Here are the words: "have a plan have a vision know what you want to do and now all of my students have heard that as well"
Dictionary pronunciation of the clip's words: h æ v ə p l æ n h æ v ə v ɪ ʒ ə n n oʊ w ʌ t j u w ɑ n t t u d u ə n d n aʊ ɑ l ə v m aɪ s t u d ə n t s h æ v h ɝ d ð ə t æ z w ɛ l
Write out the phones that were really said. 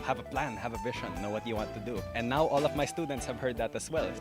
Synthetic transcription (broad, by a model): h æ v ə p l æ n h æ v ə v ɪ ʃ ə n n oʊ w ʌ t j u w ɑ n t t u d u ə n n aʊ ɑ l ə v m aɪ s t u d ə n t s h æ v h ɝ d ð ə t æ s w ɛ l